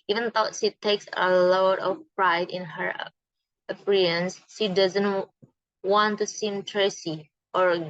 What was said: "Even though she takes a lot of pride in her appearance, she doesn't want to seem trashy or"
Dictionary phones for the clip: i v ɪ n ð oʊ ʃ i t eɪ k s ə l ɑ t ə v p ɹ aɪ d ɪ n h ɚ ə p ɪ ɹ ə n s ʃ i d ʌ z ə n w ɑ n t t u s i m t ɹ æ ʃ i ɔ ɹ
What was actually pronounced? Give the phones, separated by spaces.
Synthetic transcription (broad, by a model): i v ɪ n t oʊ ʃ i t eɪ k s ə l ɑ t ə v p ɹ aɪ d ɪ n h ɚ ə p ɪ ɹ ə n s ʃ i d ʌ z ə n w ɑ n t t u s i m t ɹ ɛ s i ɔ ɹ